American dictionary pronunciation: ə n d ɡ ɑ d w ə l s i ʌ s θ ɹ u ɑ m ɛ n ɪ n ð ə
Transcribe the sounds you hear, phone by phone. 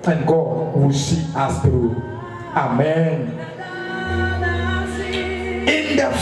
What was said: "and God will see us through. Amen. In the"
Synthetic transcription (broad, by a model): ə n ɡ ɑ d w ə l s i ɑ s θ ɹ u ɑ m ɛ n ɪ n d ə